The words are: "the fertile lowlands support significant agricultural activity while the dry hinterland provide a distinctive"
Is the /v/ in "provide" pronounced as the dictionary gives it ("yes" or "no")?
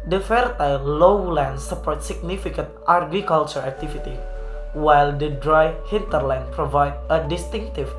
yes